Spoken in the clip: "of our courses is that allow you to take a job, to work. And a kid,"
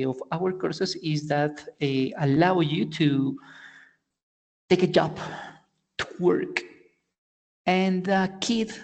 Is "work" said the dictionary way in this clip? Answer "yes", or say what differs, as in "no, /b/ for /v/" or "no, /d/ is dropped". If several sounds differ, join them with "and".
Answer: yes